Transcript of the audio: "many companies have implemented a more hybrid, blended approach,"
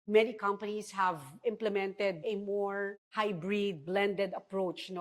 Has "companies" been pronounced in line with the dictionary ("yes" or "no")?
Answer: no